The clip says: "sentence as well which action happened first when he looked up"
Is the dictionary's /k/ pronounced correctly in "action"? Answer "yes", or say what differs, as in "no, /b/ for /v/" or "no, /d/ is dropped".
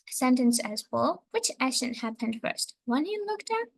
no, /k/ is dropped